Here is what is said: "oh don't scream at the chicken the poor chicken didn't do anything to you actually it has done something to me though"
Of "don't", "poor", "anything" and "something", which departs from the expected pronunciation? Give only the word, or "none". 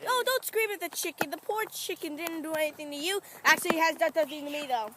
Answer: something